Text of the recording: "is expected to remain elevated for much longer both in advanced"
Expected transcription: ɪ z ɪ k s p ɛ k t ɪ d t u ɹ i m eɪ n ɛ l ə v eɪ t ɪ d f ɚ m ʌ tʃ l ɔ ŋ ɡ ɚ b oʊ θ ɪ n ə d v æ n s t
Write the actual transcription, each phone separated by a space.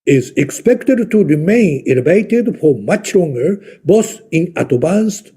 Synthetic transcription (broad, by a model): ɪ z ɪ k s p ɛ k t ɪ d t u ɹ i m eɪ n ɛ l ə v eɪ t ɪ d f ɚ m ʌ tʃ l ɔ ŋ ɡ ɚ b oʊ s ɪ n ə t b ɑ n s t